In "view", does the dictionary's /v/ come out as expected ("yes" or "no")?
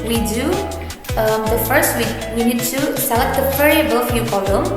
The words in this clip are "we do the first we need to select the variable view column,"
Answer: no